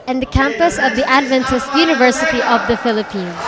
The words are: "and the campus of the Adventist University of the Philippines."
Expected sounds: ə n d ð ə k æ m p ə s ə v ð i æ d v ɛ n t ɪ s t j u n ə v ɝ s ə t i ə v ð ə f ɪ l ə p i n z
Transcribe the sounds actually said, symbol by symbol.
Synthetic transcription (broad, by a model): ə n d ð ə k æ m p ə s ə v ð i æ d v ɛ n t ɪ s t j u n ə v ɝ s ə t i ə v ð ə f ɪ l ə p i n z